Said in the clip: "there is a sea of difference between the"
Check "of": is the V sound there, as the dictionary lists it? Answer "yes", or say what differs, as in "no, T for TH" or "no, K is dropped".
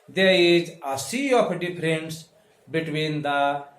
no, P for V